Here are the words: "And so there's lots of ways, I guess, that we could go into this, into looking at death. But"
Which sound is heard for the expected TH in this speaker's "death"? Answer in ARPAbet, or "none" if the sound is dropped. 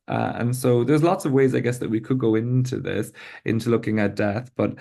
TH